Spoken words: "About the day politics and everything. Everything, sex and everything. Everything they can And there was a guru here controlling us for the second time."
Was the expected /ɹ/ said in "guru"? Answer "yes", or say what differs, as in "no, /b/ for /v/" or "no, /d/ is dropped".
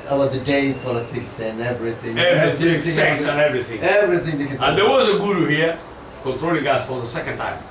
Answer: yes